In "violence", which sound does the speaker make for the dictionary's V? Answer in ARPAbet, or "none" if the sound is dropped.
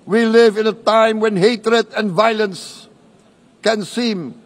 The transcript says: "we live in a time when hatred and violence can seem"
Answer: V